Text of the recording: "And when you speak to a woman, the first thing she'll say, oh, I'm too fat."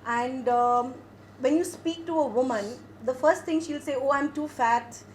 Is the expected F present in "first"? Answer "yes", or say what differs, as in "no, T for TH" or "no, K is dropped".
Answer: yes